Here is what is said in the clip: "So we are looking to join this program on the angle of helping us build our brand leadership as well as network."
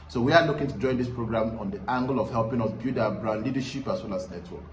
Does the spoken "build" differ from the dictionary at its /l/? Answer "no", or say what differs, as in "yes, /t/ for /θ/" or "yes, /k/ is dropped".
yes, /l/ is dropped